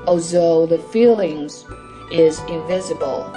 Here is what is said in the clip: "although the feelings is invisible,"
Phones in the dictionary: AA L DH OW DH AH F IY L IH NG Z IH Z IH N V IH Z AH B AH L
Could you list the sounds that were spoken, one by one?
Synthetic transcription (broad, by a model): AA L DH OW DH AH F IY L IH NG Z IH Z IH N V IH Z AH B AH L